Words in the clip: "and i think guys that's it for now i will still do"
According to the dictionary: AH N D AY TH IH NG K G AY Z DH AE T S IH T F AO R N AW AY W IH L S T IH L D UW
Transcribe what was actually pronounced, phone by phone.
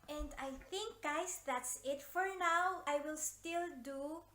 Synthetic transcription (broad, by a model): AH N D AY TH IH NG K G AY S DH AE T S IH T F AO R N AW AY W IH L S T IH L D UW